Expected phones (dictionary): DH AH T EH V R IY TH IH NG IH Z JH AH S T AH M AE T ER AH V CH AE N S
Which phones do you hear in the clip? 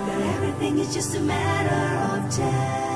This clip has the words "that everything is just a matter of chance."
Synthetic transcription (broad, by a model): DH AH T EH V R IY TH IH NG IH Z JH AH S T AH M AE T ER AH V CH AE